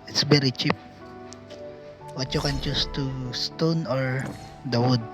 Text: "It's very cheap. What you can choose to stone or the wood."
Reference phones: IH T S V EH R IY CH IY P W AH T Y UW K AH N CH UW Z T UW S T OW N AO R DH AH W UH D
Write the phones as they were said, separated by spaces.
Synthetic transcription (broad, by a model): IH T S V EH R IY CH IY P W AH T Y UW K AH N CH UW S T UW S T OW N AO R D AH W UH D